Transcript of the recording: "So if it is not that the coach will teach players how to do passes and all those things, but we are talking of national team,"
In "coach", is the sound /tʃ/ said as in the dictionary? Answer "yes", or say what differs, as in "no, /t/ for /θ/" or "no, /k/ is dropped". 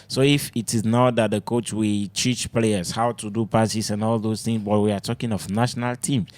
yes